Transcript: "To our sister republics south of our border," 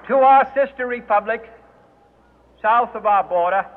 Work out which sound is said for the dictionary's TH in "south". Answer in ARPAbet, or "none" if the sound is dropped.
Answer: TH